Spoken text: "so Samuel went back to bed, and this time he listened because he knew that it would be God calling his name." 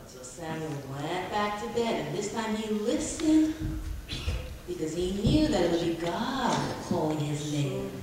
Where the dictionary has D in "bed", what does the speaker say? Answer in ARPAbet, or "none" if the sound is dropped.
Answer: D